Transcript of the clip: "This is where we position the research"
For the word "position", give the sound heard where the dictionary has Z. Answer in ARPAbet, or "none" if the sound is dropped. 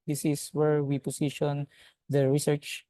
S